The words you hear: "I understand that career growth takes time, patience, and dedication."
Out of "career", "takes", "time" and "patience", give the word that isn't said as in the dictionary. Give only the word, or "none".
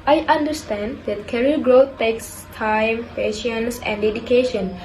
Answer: career